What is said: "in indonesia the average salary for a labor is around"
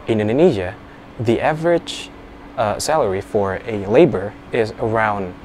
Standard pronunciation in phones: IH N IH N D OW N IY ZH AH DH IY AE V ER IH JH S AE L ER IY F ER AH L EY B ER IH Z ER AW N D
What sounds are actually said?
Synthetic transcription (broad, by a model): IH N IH N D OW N IY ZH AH DH IY AE V ER IH JH S AE L ER IY F ER AH L EY B ER IH Z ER AW N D